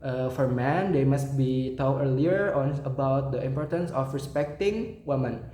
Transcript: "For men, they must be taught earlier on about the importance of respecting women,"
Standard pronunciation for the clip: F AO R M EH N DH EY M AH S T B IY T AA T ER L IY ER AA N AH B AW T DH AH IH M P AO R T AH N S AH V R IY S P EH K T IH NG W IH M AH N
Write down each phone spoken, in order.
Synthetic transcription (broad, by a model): F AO R M EH N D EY M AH S T B IY T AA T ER L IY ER AA N AH B AW T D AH IH M P AO R T AH N S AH F R IY S P EH K T IH NG W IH M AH N